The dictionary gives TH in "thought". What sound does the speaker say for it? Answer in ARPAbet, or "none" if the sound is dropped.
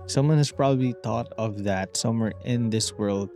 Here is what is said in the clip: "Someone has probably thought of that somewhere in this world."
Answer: T